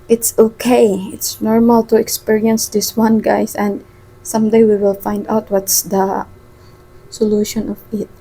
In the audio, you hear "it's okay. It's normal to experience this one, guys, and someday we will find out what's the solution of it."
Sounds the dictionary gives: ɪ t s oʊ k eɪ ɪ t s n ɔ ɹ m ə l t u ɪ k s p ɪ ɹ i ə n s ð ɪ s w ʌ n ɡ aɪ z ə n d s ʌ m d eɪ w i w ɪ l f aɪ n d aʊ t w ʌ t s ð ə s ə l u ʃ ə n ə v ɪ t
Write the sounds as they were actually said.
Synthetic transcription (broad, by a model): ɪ t s oʊ k eɪ ɪ t s n ɔ ɹ m ə l t u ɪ k s p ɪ ɹ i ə n s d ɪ s w ʌ n ɡ aɪ s ə n d s ʌ m d eɪ w i w ɪ l f aɪ n d aʊ t w ʌ t s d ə s ə l u ʃ ə n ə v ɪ t